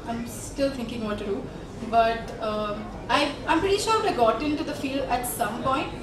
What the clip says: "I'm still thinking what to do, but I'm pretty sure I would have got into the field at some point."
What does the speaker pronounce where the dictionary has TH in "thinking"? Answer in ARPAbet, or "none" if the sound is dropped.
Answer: T